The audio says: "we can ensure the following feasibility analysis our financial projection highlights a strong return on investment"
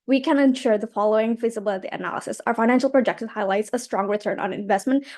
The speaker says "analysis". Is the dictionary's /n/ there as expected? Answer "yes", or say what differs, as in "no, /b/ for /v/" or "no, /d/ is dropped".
yes